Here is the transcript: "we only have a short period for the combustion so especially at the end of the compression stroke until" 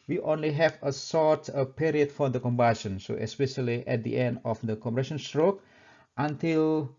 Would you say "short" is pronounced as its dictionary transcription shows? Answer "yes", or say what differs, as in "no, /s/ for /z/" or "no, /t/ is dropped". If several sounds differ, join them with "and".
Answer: no, /s/ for /ʃ/